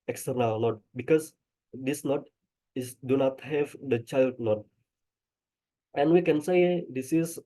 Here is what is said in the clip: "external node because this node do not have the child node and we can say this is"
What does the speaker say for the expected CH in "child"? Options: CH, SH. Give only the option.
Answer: CH